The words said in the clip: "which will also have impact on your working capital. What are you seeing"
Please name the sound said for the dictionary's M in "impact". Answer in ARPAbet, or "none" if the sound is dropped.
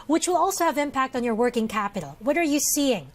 M